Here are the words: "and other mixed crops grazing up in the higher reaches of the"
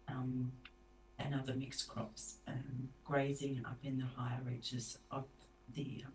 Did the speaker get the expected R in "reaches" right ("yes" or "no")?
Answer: yes